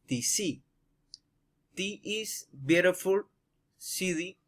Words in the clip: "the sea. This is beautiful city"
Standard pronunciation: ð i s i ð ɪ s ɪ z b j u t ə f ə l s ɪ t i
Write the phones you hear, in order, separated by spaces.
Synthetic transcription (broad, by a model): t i s i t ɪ ɪ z b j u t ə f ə l s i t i